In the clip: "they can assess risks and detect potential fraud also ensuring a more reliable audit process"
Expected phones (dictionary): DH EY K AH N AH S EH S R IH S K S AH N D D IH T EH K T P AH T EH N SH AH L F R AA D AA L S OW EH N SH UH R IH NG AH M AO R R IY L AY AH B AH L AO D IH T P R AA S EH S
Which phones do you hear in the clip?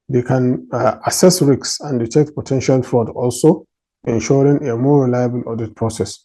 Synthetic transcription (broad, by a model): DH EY K AH N AH S EH S R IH K S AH N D D IH T EH K T P AH T EH N SH AH L F R AA D AA L S OW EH N SH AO R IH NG AH M AO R R IY L AY AH B AH L AO D IH T P R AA S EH S